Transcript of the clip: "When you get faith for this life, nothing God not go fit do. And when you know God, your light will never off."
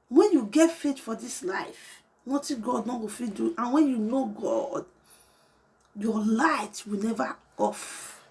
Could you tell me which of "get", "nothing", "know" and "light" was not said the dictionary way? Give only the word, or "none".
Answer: nothing